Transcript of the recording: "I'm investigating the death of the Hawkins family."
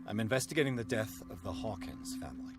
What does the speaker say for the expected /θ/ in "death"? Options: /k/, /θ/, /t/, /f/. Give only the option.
/θ/